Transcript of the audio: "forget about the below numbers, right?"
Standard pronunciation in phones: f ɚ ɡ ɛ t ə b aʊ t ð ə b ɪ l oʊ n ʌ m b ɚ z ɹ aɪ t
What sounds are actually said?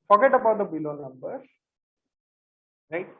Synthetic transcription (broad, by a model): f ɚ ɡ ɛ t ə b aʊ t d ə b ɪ l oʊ n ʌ m b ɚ ɹ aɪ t